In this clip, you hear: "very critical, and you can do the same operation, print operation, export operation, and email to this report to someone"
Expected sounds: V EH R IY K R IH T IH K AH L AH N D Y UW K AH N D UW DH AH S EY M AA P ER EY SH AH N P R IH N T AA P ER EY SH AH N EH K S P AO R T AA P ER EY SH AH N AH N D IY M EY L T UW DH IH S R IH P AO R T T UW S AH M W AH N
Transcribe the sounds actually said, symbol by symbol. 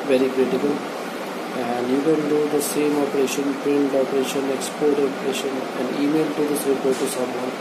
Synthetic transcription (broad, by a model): V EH R IY K R IH T IH K AH L AH N D Y UW K AH N D UW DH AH S EY M AA P ER EY SH AH N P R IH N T AA P ER EY SH AH N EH K S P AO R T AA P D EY SH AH N AH N D IY M EY L T UW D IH S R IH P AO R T T UW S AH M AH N